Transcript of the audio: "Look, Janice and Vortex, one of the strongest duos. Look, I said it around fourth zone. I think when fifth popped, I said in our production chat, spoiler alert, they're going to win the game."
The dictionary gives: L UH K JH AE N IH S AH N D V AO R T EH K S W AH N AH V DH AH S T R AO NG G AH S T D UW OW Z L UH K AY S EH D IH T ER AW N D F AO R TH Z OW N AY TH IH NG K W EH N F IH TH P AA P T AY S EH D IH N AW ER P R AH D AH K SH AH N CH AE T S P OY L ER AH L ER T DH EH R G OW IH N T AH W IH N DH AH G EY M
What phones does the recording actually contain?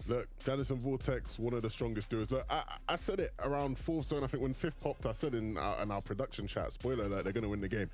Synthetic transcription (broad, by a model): L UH K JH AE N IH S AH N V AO L T EH K S W AH N AH V DH AH S T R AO NG G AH S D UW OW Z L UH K AY S EH D IH T ER AW N D F AO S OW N AY TH IH NG K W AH N F IH F P AA P T AY S EH D IH N AW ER P R AH D AH K SH AH N CH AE T S P OY L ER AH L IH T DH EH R G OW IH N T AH W IH N DH AH G EY M